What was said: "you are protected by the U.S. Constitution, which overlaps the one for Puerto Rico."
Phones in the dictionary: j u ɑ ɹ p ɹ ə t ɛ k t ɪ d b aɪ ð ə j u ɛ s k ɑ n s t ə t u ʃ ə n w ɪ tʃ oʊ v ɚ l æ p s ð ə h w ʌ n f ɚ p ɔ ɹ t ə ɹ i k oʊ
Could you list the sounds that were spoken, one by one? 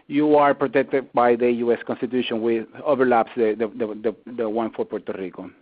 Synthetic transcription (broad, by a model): j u ɑ ɹ p ɹ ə t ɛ k t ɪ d b aɪ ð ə j u ɛ s k ɑ n s t ə t u ʃ ə n w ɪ oʊ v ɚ l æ p s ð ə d w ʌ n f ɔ p ɔ ɹ t ə ɹ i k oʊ